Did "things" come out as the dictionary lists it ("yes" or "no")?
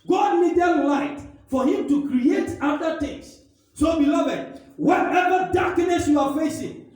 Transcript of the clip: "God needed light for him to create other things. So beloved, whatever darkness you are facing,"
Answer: no